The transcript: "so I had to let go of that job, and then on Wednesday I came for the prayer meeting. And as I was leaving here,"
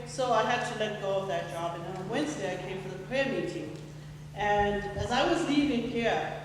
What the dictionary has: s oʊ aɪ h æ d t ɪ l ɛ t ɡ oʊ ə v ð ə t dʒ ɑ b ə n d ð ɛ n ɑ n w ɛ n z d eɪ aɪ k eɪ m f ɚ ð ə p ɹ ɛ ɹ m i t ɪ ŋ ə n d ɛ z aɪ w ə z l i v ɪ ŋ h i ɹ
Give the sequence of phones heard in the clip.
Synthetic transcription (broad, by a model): s oʊ aɪ h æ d t ɪ l ɛ t ɡ oʊ ə v ð ə t dʒ ɑ b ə n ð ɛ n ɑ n w ɛ n z d eɪ aɪ k eɪ m f ɚ ð ə p ɹ ɛ ɹ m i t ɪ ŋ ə n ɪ z aɪ w ə z l i v ɪ ŋ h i ɹ